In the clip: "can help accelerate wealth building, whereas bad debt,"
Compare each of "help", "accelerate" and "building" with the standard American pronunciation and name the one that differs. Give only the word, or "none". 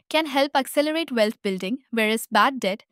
none